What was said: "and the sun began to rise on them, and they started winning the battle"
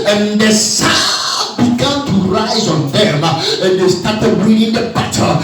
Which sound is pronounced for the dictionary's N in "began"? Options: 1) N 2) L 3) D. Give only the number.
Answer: 1